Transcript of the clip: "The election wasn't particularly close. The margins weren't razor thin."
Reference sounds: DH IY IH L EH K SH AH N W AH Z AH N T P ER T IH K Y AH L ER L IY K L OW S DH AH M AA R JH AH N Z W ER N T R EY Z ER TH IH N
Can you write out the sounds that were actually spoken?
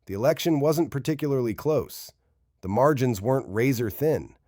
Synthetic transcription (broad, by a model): DH IY IH L EH K SH AH N W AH Z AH N P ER T IH K Y L ER L IY K L OW S DH AH M AA R JH AH N Z W ER N T R EY Z ER TH IH N